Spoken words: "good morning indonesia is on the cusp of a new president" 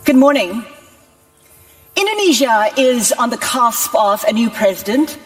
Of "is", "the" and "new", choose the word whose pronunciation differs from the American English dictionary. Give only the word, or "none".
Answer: none